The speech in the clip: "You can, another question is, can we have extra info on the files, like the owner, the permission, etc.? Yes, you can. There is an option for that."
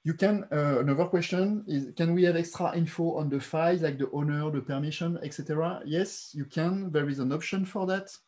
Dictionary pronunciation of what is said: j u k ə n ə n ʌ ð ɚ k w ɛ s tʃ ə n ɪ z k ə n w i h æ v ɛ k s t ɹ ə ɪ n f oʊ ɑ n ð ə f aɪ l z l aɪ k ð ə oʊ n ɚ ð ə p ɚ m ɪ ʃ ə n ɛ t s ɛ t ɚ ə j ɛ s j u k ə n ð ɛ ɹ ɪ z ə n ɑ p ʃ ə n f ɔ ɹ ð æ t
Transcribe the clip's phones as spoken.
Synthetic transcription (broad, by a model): j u k ə n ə n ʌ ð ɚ k w ɛ s tʃ ə n ɪ z k ə n w i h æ v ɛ k s t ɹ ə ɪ n f oʊ ɑ n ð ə f aɪ z l aɪ k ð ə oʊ n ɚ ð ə p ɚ m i ʃ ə n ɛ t s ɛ t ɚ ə j ɛ s j u k ə n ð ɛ ɹ ɪ z ə n ɑ p ʃ ə n f ɔ ɹ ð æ t